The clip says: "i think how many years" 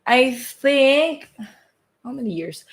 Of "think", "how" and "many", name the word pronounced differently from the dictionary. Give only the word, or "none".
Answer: none